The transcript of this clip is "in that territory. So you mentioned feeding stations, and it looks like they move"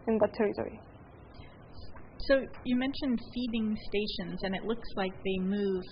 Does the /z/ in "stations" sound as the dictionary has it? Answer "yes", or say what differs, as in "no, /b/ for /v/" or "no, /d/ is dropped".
yes